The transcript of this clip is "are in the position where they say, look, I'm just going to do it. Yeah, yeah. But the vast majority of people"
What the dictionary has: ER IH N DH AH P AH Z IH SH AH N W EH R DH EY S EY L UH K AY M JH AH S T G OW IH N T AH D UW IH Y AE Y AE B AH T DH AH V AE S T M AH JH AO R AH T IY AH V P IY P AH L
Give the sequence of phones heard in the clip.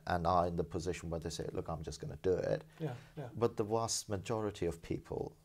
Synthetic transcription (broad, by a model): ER IH N DH AH P AH Z IH SH AH N W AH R DH EY S EY L UH K AY M JH AH S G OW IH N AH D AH IH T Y B AH T DH AH W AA S T M AH JH AO R AH T IY AH V P IY P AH L